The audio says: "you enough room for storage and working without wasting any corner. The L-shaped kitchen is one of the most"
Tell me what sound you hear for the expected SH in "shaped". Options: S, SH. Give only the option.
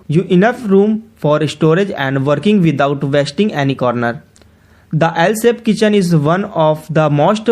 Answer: S